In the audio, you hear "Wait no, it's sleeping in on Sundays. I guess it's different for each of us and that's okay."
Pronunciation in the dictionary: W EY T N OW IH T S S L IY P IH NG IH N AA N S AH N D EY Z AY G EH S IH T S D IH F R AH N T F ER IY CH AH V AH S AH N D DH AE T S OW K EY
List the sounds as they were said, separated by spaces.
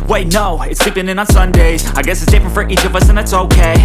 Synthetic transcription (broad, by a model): W EY T N OW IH T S S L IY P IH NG IH N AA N S AH N D EY Z AY G EH S IH T S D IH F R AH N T F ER IY CH AH V AH S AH N DH AE T S OW K EY